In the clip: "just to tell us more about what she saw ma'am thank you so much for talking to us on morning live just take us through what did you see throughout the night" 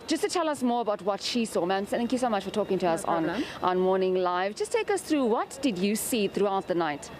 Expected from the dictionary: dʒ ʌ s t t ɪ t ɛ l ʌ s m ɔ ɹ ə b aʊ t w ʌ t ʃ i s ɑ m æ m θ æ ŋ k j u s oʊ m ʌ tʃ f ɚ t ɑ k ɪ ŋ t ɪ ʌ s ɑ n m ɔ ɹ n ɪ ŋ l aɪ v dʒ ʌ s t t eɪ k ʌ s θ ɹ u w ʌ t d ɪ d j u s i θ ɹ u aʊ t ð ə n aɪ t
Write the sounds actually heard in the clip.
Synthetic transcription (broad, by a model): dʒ ʌ s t t ɪ t ɛ l ʌ s m ɔ ɹ ə b aʊ t w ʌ t ʃ i s ɑ m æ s θ æ ŋ k j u s oʊ m ʌ tʃ f ɚ t ɑ k ɪ ŋ t ɪ ʌ s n n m ɔ ɹ n ɪ ŋ l aɪ v dʒ ʌ s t t eɪ k ʌ s θ ɹ u w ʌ t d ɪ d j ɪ s i θ ɹ u aʊ t ð ə n aɪ t